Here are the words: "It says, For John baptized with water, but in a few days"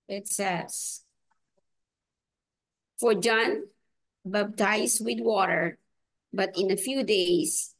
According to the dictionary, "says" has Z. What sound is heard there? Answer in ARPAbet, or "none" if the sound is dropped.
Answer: S